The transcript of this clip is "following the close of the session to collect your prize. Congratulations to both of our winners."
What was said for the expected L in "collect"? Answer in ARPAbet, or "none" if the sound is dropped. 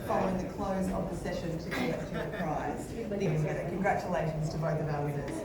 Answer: none